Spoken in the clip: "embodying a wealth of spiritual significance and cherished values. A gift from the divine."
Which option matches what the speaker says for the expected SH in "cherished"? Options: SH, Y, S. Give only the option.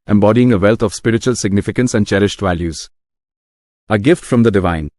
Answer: SH